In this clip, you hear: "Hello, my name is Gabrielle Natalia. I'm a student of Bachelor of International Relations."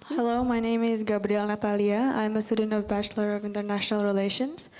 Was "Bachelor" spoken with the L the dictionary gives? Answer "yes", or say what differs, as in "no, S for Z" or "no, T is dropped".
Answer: yes